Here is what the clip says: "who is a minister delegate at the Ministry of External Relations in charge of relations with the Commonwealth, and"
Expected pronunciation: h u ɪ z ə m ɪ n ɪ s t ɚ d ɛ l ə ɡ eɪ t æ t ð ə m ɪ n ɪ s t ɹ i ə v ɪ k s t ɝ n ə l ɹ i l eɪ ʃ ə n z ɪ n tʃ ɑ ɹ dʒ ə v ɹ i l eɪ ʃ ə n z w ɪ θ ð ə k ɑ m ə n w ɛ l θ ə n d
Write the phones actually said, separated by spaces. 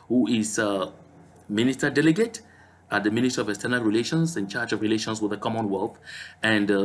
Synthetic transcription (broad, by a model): h u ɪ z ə m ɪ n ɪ s t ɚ d ɛ l ə ɡ eɪ t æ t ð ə m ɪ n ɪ s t i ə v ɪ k s t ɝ n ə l ɹ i l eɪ ʃ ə n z ɪ n tʃ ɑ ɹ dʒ ə v ɹ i l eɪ ʃ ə n s w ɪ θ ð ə k ɑ m ə n w ɛ l θ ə n d